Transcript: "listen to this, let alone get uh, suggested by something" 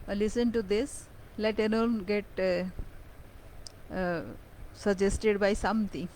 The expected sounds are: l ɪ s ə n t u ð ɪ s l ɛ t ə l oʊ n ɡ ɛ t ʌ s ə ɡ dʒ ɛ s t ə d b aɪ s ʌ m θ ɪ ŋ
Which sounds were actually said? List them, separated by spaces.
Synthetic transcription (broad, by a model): l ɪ s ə n t u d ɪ s l ɛ t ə n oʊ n ɡ ɛ t s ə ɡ dʒ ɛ s t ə d b aɪ s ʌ m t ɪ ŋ